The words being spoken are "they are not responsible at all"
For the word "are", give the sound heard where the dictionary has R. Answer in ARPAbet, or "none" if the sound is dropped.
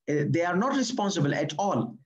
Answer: R